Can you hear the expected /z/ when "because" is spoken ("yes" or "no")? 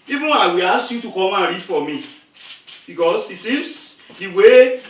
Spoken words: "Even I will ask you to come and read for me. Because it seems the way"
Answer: no